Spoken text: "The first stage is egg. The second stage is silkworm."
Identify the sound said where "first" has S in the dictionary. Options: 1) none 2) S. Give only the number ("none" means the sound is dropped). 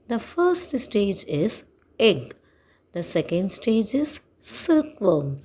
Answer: 2